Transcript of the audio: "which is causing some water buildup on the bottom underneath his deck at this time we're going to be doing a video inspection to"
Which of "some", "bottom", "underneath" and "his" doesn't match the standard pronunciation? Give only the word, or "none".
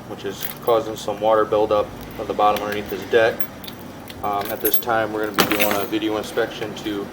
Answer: his